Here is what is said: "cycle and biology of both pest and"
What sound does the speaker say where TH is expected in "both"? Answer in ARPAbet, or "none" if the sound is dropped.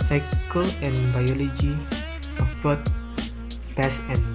T